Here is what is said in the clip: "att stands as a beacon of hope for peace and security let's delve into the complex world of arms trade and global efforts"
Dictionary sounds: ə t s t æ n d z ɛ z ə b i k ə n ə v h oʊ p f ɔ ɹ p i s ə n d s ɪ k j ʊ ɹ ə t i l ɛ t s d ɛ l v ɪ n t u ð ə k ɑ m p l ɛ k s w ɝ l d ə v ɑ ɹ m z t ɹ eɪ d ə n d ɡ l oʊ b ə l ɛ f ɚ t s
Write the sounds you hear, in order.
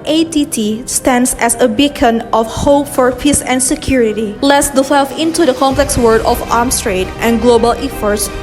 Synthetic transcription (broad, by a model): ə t s t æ n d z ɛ s ə b i k ə n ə f h oʊ p f ɔ ɹ p i s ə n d s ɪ k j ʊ ɹ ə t i l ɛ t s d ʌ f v ɪ n t u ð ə k ɑ m p l ɛ k s w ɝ d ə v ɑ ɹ m s t ɹ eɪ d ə n ɡ l oʊ b ə l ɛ f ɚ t s